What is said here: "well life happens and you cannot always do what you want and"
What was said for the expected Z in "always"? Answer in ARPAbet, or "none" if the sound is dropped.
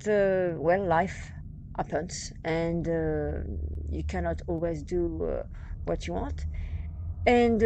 Z